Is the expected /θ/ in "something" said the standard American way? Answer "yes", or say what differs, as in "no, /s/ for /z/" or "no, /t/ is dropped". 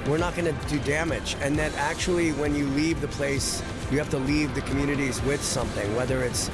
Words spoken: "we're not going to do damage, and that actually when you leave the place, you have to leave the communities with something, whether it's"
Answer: yes